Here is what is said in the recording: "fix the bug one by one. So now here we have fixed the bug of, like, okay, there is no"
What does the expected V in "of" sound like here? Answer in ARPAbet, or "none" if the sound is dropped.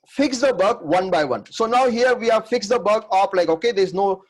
P